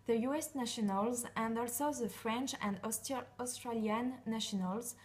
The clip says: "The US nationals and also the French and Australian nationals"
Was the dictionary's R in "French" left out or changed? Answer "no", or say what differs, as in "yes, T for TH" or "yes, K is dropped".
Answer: no